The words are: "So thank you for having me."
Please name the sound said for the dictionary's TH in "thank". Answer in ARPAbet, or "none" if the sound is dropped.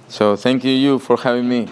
T